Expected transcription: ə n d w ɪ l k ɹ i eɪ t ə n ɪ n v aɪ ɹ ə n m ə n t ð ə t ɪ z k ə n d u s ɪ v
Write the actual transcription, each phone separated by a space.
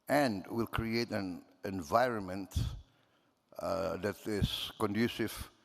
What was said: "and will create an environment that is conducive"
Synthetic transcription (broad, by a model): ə n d w ɪ l k ɹ i eɪ t ə n ɪ n v aɪ ɹ ə n m ə n t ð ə t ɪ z k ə n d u s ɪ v